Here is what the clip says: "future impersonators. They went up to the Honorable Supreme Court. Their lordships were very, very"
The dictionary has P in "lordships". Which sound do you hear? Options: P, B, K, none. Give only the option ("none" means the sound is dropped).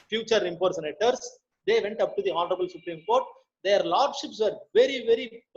P